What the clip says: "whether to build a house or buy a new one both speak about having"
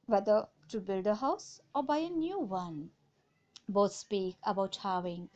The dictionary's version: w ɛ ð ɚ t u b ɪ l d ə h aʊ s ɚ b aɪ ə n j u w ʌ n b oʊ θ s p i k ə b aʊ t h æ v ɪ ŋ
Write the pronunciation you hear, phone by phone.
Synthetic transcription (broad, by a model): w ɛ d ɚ t u b ɪ l d ə h aʊ s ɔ b aɪ ə n j u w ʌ n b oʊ t s p i k ə b aʊ t h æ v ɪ ŋ